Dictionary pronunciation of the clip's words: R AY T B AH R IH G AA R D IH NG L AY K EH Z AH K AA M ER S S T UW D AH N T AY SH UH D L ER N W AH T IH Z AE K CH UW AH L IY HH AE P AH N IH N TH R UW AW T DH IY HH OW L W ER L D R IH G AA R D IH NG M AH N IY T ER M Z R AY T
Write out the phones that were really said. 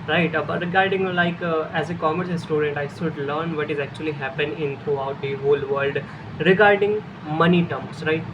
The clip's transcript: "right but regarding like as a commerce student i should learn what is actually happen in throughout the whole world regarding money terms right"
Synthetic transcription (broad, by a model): R AY T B R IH G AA R D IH NG L AY K EH Z AH K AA M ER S S T UW D AH N T AY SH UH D L ER N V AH T IH Z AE K CH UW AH L IY HH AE P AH N IH N T R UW AW T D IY HH OW L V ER L D R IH G AA R D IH NG M AH N IY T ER M S R AY T